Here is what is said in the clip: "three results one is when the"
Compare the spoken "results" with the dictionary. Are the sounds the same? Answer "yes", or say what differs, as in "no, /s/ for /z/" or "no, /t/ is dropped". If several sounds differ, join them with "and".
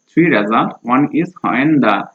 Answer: no, /s/ is dropped